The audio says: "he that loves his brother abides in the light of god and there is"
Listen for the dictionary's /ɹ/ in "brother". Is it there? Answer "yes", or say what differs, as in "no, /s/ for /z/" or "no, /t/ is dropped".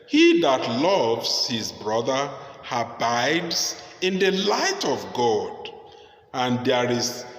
yes